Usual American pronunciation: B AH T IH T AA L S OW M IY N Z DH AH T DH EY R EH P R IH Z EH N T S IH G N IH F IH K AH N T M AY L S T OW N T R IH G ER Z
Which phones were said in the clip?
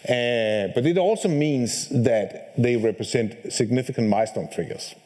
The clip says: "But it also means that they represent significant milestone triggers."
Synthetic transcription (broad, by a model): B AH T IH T AA L S OW M IY N Z DH AH T DH EY R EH P R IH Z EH N T S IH G N IH F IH K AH N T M AY S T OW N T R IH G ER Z